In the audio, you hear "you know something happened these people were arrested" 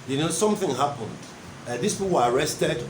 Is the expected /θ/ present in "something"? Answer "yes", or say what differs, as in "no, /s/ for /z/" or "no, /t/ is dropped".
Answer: yes